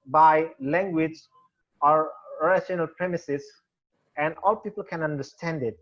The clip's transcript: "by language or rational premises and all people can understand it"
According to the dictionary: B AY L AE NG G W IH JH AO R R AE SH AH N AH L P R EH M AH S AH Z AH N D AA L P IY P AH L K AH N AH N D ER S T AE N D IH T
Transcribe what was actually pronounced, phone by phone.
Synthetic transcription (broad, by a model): B AY L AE NG G W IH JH AO R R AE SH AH N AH L P R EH M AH S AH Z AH N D AA L P IY P AH L K AH N AH N D ER S T AE N D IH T